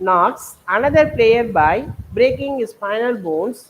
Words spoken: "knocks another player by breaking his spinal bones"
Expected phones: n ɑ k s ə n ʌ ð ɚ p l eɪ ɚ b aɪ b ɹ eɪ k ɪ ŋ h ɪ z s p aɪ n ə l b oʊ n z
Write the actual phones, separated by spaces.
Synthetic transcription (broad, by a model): n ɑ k s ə n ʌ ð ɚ p l eɪ ɚ b aɪ b ɹ eɪ k ɪ ŋ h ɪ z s f aɪ n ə l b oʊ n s